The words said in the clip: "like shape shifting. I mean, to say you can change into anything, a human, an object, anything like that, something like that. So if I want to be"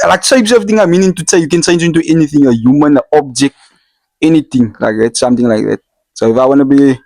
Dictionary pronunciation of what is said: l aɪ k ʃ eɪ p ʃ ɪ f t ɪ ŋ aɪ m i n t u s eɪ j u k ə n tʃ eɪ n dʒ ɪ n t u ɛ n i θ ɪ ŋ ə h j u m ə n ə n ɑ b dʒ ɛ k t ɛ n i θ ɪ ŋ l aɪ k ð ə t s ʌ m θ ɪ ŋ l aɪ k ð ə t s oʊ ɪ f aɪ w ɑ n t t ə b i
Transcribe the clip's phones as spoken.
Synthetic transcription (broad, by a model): l aɪ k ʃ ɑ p s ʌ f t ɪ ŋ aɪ m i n t u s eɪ j u k ə n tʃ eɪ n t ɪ n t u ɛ n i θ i ŋ ə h j u m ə n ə ɑ b dʒ ɛ k t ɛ n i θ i ŋ l aɪ k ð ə t s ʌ m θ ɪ ŋ l aɪ k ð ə t s oʊ ɪ f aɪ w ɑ n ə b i